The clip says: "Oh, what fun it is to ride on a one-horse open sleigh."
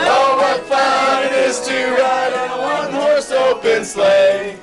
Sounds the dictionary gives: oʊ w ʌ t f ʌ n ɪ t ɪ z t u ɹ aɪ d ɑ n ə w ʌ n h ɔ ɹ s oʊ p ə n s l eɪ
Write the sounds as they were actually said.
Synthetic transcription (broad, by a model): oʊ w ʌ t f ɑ ɪ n ɪ z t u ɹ aɪ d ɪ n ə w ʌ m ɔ ɹ s oʊ b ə n s l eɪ